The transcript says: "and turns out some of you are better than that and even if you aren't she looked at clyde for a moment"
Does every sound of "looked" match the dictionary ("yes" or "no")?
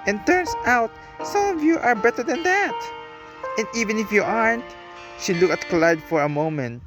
no